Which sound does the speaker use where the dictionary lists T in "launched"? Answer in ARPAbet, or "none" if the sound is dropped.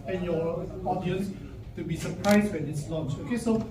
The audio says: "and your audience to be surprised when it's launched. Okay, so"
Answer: none